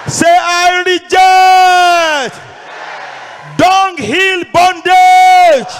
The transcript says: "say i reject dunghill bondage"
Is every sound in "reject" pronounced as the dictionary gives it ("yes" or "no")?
no